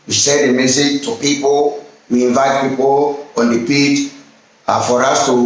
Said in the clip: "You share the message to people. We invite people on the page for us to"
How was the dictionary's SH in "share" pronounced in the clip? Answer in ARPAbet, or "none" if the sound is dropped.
S